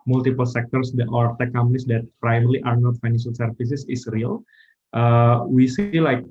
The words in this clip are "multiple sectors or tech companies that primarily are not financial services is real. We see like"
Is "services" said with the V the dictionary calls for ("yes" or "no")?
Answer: no